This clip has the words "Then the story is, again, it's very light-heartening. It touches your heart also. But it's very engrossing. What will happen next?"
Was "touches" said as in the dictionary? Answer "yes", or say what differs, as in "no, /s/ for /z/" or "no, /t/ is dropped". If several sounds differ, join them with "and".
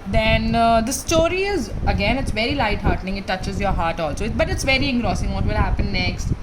yes